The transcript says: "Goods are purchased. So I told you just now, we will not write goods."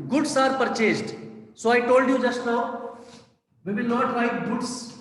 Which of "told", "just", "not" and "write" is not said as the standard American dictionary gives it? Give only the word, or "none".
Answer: write